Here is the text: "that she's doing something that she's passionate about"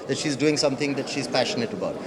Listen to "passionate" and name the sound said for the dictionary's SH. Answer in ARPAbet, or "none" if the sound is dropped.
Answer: SH